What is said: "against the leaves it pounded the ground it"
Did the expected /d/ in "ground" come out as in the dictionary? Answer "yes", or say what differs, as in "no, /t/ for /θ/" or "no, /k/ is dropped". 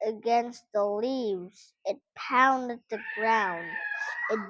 yes